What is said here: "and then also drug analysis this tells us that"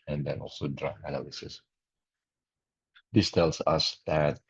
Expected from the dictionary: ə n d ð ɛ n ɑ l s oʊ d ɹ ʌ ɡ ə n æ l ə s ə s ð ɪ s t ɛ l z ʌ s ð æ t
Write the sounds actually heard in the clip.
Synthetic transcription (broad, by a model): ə n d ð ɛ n ɑ l s oʊ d ɹ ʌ ə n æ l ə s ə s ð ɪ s t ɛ l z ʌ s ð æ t